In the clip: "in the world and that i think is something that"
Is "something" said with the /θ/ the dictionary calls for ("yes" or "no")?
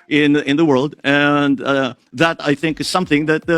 yes